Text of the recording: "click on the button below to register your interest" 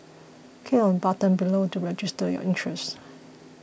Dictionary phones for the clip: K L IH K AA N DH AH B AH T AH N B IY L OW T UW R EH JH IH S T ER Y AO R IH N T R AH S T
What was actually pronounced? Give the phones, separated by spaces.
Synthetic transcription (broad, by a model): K EH AA N B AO T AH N B IY L OW T UW R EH JH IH S T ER Y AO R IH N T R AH S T